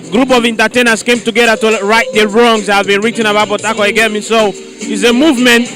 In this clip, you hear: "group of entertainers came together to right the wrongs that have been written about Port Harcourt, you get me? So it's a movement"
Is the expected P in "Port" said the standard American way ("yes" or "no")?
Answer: no